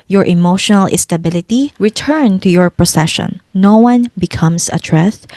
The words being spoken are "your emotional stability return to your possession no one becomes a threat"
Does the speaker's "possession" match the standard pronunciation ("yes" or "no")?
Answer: no